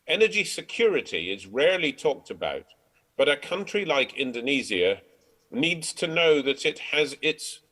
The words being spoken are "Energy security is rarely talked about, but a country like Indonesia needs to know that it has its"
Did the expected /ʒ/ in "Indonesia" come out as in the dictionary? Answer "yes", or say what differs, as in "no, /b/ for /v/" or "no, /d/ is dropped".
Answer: no, /z/ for /ʒ/